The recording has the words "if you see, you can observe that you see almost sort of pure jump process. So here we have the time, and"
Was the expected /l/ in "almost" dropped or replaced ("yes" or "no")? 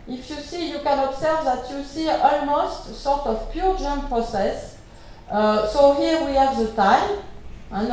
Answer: no